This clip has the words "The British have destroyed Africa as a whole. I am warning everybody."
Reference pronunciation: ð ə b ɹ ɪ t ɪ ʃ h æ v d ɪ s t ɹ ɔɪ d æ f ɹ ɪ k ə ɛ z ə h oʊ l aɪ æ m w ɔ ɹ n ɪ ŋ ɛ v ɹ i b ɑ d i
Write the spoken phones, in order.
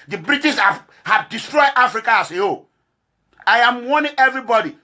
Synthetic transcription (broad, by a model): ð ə b ɹ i t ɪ s h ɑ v d ɪ s t ɹ ɔɪ d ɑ f ɹ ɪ k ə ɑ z ə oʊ aɪ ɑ m w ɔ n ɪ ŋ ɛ v ɹ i b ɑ d i